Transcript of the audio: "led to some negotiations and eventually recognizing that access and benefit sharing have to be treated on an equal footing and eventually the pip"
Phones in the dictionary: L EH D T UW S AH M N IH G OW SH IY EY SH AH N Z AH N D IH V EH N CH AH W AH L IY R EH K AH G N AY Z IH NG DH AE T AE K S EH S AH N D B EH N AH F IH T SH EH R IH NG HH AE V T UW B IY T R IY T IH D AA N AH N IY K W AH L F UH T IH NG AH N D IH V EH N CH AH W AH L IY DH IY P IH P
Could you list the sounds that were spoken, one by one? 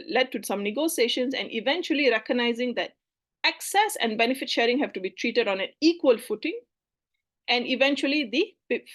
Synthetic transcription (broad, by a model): L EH D T UW S AH M N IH G OW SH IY EY SH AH N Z AH N D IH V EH N CH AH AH L IY R EH K AH G N AY Z IH NG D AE T AE K S EH S AH N D B EH N AH F IH T SH EH R IH NG HH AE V T UW B IY T R IY T IH D AA N AH N IY K W AH L F UH T IH NG AH N D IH V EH N CH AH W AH L IY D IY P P